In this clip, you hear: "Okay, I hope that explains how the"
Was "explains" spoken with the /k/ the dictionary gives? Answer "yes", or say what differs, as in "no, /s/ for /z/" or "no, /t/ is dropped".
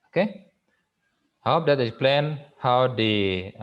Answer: no, /k/ is dropped